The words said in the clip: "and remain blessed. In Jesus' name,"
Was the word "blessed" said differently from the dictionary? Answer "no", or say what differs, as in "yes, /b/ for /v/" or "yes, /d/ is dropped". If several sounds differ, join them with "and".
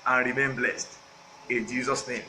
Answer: no